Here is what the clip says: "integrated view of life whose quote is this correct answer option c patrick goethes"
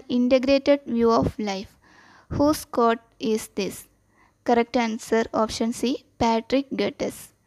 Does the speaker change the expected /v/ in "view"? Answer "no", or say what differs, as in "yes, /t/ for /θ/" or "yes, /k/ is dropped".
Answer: no